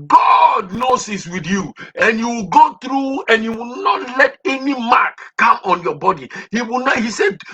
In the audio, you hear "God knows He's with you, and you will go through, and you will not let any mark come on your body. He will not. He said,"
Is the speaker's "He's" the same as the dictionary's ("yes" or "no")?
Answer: no